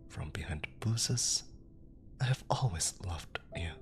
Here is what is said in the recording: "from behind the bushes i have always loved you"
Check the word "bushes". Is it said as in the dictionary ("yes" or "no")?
no